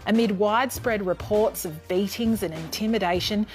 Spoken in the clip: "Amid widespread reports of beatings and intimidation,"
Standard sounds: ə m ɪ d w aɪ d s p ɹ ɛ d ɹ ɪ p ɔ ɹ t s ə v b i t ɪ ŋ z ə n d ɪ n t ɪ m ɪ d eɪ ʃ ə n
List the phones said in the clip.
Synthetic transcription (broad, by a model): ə m ɪ d w aɪ d s p ɹ ɛ d ɹ ɪ p ɔ ɹ t s ə v b i t ɪ ŋ z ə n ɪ n t ɪ m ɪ d eɪ ʃ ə n